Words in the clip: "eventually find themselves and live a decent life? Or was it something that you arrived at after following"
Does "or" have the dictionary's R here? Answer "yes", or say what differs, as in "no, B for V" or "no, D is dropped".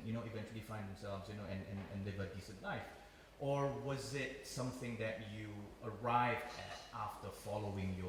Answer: yes